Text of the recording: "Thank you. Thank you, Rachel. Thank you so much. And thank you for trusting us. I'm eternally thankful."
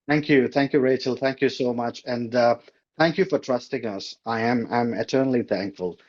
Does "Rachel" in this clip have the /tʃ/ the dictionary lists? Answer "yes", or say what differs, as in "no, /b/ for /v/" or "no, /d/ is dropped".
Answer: yes